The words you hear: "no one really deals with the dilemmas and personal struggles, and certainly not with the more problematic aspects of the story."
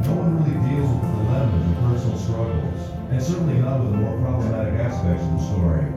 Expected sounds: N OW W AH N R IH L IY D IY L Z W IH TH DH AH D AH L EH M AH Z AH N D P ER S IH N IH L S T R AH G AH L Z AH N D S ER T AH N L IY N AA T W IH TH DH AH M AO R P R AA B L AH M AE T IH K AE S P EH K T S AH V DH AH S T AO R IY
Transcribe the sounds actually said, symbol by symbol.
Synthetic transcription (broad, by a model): N OW W AH N R IH L IY D IY L Z W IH DH AH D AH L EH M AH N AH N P ER S N L S T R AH G L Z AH N S ER T N L IY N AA T W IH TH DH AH M AO R P R AA B L AH M AE T IH K AE S P EH K T S AH V DH AH S T AO R IY